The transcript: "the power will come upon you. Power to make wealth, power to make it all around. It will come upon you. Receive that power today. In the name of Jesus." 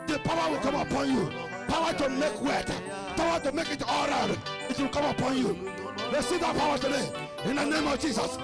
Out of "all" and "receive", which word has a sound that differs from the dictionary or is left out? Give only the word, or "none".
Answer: receive